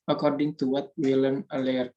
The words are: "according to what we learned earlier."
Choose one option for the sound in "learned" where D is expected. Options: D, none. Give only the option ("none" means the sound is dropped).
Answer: none